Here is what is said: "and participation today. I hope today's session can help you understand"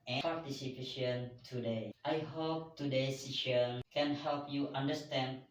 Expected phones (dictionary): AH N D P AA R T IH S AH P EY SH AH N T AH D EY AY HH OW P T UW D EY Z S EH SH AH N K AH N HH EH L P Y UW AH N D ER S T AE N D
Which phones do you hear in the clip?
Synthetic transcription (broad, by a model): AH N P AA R T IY S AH P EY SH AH N T AH D EY AY HH OW P T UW D EY S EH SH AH N K AH N HH EH L P Y UW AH N D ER S T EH N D